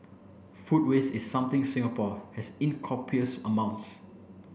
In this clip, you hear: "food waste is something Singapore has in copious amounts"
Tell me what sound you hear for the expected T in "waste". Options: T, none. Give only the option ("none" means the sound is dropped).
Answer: none